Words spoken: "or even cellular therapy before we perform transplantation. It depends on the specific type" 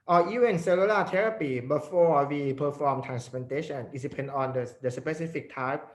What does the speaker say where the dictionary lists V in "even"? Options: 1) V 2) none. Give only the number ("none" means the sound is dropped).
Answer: 2